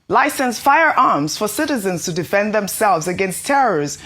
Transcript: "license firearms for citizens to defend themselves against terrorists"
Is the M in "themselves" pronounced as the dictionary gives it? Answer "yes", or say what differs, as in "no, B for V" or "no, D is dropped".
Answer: yes